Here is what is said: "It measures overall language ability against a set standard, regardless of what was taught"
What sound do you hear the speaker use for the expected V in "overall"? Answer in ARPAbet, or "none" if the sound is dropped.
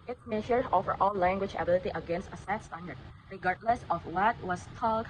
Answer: F